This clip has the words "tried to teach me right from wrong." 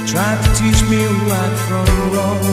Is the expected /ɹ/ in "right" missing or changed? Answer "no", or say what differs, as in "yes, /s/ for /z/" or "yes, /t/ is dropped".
yes, /w/ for /ɹ/